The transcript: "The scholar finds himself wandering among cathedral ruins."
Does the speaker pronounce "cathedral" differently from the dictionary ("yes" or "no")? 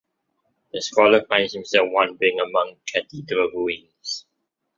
yes